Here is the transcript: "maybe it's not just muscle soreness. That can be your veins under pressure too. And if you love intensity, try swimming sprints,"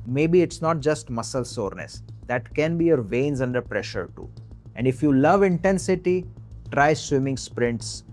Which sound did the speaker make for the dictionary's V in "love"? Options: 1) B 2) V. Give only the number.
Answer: 2